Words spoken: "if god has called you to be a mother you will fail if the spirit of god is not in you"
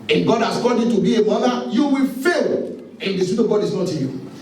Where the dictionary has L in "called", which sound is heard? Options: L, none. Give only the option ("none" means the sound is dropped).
none